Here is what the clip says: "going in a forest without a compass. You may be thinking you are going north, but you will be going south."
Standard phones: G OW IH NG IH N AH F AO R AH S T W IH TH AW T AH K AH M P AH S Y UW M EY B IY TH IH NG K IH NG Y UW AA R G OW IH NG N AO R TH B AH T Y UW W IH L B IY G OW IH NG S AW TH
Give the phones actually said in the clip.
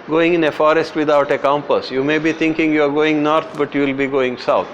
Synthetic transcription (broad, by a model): G OW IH NG IH N AH F AO R AH S T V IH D AW T AH K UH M P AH S Y UW M EY B IY T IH NG K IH NG Y UW AA R G OW IH NG N AO R T B AH T Y UW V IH L B IY G OW IH NG S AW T